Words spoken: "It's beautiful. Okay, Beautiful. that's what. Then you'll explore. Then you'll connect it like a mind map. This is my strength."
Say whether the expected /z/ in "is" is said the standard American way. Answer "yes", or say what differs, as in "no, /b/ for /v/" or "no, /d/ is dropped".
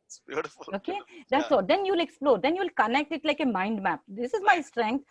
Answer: yes